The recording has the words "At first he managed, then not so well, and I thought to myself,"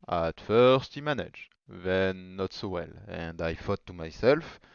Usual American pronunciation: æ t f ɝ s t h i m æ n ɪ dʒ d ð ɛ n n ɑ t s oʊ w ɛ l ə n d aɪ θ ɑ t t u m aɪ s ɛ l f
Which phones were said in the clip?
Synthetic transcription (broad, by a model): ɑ t f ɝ s t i m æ n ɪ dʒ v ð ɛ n n ɑ t s oʊ w ɛ l ə n d aɪ f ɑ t t u m aɪ s ɛ l f